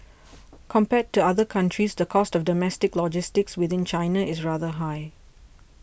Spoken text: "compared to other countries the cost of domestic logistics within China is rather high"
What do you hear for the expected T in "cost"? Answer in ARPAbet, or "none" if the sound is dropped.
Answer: T